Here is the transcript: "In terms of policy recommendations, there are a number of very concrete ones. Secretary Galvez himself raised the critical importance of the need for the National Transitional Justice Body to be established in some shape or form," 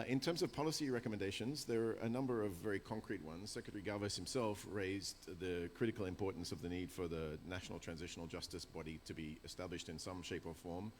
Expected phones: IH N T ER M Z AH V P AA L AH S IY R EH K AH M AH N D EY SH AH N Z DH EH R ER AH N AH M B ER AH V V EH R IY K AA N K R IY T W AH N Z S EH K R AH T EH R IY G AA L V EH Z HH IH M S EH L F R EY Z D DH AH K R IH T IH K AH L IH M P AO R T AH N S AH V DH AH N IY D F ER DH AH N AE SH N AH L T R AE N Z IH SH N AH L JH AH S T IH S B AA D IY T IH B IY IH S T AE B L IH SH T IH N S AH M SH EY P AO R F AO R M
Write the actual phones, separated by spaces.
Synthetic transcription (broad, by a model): IH N T ER M Z AH V P AA L AH S IY R EH K AH M AH N D EY SH AH N Z DH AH R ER AH N AH M B ER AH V V EH R IY K AA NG K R IY T W AH N Z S EH K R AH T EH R IY G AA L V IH S HH IH M S EH L F R EY Z DH AH K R IH T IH K L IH M P AO R T N S AH V DH AH N IY D F ER DH AH N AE SH N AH L T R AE N Z IH SH N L JH AH S T IH S B AA D IY T IH B IY IH S T AE B L IH SH T IH N S AH M SH EY P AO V F AO R M